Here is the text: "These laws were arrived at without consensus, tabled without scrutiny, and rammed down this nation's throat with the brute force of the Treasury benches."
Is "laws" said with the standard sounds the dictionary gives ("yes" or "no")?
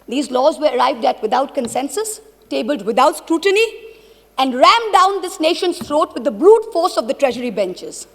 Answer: yes